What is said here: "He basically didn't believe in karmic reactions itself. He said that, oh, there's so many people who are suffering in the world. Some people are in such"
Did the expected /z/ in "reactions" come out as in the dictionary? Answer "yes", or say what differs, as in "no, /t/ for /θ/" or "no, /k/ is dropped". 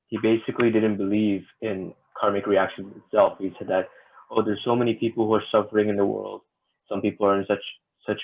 no, /z/ is dropped